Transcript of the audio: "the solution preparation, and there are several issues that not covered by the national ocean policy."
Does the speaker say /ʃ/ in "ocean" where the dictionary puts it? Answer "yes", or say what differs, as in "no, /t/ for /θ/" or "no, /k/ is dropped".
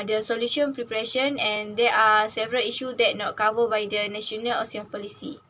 no, /s/ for /ʃ/